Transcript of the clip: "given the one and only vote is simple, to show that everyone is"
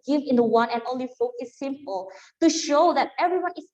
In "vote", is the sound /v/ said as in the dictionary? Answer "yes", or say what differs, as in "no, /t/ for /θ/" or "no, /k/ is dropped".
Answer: no, /f/ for /v/